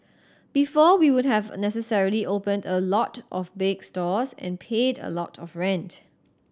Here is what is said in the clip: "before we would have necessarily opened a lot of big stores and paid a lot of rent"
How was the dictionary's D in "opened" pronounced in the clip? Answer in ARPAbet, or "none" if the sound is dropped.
D